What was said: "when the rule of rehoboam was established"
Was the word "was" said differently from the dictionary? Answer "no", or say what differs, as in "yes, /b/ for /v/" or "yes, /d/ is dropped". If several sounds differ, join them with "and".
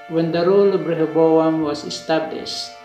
yes, /s/ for /z/